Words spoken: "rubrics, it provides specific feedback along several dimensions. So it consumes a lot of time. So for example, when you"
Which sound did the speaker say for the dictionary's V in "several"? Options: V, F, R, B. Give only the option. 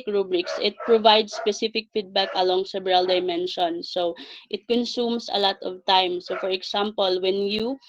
B